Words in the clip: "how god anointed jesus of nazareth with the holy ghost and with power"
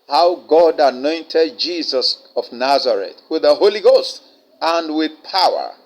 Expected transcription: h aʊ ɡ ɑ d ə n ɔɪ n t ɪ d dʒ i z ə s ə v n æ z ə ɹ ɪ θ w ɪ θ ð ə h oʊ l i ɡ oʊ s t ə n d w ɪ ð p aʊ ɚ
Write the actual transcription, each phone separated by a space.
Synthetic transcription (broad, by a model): h aʊ ɡ ɑ d ə n ɔɪ n t ɪ d dʒ i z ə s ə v n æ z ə ɹ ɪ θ w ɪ ð ə h oʊ l i ɡ oʊ s t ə n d w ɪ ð p aʊ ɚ